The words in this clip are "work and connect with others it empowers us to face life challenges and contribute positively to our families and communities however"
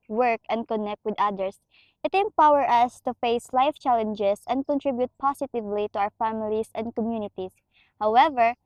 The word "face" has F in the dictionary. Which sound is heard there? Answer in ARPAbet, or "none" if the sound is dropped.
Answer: F